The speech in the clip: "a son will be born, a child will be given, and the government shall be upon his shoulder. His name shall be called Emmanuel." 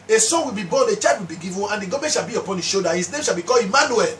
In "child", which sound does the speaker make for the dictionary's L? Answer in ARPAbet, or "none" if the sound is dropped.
none